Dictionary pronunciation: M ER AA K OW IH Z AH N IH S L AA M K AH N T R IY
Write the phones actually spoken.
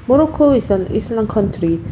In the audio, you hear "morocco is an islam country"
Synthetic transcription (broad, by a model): M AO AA K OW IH S AH N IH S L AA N K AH N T R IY